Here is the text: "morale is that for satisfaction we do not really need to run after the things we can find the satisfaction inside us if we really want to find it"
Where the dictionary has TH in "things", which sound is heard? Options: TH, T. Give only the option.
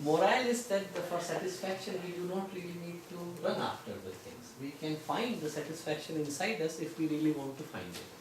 T